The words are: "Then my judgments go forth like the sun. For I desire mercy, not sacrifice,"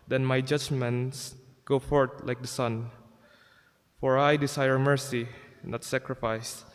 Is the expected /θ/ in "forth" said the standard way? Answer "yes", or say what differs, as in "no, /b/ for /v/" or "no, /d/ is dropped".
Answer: no, /t/ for /θ/